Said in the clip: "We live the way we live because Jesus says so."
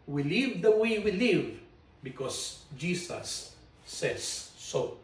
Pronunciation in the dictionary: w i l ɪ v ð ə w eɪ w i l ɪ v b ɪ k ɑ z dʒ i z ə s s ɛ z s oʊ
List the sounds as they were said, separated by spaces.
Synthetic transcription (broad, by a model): w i l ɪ v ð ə w eɪ w i l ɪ v b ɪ k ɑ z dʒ i s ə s s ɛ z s oʊ